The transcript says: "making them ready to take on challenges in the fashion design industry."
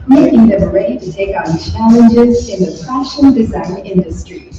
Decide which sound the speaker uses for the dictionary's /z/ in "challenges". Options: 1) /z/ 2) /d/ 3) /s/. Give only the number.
1